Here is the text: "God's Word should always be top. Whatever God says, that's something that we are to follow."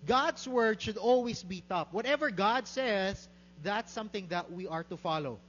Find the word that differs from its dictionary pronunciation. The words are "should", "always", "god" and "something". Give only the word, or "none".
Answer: always